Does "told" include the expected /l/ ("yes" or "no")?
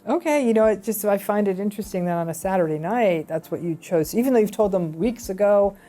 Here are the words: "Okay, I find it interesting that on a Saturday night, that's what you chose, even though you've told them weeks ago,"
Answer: yes